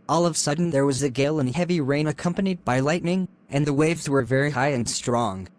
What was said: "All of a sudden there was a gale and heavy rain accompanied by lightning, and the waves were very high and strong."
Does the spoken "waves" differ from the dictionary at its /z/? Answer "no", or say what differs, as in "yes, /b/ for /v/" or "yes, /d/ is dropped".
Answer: no